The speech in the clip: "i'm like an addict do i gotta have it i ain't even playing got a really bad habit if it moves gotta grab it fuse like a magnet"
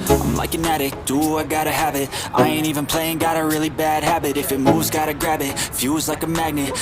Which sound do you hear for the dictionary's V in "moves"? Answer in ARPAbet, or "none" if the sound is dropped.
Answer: none